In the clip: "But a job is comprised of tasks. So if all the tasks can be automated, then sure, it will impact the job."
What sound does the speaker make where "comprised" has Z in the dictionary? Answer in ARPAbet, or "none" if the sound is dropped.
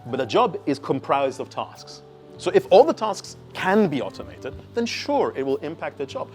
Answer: Z